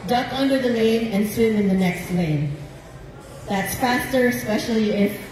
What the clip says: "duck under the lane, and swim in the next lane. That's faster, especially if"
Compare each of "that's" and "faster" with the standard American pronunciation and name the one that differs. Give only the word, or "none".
none